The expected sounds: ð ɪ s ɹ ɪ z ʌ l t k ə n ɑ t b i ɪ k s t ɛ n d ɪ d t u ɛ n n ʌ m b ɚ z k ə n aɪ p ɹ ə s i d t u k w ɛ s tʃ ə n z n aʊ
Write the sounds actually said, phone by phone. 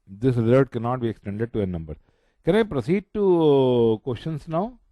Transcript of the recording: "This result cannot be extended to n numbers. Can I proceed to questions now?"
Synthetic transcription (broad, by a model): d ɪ s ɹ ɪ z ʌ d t k ə n ɑ t b i ɪ k s t ɛ n d ɪ d t u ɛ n n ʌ m b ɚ k ə n aɪ p ɹ ə s i d t u k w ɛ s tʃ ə n s n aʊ